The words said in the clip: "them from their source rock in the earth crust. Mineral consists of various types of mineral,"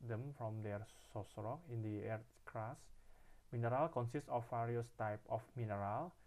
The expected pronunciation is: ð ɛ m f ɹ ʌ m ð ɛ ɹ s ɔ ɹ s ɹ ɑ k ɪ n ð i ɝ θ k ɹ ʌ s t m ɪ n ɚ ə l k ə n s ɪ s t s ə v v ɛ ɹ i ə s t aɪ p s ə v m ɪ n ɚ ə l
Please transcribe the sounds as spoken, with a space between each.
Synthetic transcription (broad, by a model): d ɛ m f ɹ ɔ m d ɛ ɹ s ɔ s ɹ ɑ k ɪ n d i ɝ t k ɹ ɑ s m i n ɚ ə l k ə n s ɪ s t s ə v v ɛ ɹ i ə s t aɪ p ə f m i n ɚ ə l